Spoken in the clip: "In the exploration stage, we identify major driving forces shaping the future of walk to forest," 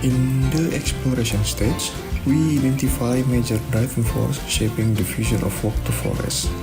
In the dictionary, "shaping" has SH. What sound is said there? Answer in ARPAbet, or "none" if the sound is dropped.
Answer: SH